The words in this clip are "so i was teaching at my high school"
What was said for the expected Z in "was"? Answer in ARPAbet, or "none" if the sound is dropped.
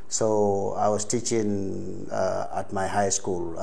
S